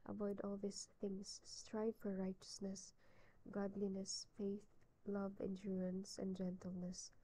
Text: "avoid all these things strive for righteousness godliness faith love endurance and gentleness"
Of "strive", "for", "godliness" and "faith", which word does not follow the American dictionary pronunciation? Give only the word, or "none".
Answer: none